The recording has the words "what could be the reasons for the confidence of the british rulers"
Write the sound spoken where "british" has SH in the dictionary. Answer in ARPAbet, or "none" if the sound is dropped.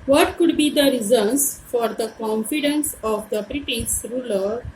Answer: S